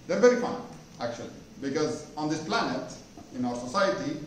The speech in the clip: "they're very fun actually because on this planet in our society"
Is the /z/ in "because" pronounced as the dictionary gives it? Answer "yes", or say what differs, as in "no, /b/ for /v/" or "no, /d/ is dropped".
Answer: yes